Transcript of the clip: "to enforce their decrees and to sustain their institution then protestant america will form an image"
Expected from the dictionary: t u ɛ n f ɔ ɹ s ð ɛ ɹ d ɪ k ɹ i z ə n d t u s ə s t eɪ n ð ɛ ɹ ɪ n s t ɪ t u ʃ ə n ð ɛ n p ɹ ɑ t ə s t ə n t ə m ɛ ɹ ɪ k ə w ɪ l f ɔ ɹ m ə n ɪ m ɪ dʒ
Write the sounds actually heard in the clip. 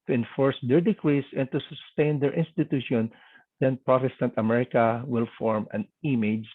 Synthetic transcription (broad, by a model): t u ɛ n f ɔ ɹ s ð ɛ ɹ d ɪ k ɹ i s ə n t u s ə s t eɪ n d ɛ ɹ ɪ n s t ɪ t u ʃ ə n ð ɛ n p ɹ ɑ t ə s t ə n t ə m ɛ ɹ ɪ k ə w ɪ l f ɔ ɹ m ə n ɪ m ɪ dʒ